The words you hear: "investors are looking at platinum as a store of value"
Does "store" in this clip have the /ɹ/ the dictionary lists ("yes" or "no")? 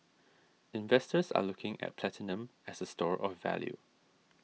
yes